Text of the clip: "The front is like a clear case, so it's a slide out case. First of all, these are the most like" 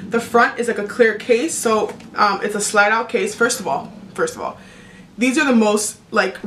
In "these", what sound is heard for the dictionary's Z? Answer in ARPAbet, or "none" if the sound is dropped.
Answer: Z